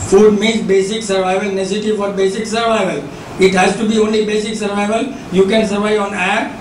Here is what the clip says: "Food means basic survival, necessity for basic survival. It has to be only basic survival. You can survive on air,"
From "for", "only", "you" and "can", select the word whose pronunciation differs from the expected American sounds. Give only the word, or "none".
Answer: none